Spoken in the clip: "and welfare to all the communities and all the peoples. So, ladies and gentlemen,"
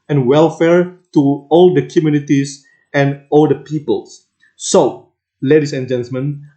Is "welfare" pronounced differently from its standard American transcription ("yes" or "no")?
no